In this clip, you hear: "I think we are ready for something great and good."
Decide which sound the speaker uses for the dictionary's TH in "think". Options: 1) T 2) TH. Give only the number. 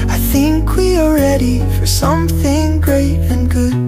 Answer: 2